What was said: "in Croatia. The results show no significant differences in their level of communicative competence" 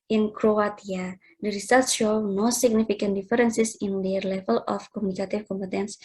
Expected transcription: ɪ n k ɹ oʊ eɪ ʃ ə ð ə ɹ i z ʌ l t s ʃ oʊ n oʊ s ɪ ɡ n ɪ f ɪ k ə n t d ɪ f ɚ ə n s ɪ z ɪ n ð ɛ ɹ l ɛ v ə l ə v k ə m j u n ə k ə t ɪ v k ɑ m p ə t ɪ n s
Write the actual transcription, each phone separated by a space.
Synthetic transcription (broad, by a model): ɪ n k ɹ oʊ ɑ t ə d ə ɹ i s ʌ t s ʃ oʊ n oʊ s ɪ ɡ n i f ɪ k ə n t d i f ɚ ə n s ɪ s ɪ n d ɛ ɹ l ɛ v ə l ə f k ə m u n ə k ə t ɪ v k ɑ m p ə t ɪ n s